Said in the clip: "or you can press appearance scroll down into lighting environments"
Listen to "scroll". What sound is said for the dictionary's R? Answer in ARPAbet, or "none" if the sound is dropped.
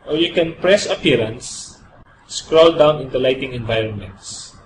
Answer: R